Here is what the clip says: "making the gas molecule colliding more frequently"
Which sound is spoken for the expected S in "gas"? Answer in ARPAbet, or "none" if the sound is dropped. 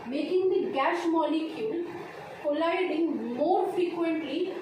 SH